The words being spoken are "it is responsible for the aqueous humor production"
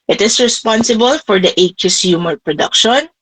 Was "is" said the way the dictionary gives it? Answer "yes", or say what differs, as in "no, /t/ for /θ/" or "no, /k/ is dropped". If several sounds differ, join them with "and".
no, /s/ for /z/